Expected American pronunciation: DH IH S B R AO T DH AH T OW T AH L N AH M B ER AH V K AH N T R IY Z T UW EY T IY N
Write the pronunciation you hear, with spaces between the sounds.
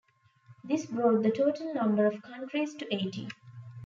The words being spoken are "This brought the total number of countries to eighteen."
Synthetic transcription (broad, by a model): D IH S B R AO T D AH T OW T AH L N AH M B ER AH V K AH N T R IY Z T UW EY T IY